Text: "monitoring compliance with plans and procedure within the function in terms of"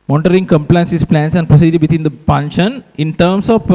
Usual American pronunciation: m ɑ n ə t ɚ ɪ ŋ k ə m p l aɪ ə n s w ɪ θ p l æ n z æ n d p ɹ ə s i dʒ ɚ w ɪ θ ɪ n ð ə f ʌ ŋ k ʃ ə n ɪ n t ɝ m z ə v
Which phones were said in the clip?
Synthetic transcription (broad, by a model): m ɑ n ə t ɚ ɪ ŋ k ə m p l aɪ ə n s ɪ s p l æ n s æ n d p ɹ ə s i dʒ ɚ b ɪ t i n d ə p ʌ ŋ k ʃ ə n ɪ n t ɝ m s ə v